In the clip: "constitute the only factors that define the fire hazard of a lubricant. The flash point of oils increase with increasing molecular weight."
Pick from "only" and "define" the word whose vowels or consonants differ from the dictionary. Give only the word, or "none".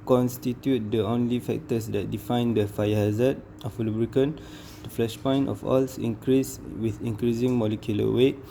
none